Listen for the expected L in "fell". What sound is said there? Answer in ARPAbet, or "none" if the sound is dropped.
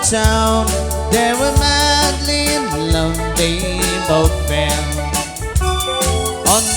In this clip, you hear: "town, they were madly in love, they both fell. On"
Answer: N